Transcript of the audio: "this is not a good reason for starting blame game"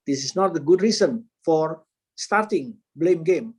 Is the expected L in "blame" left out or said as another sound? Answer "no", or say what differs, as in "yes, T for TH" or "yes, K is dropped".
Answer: no